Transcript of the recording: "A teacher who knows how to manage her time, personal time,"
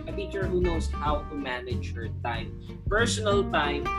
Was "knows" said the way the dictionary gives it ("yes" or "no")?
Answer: no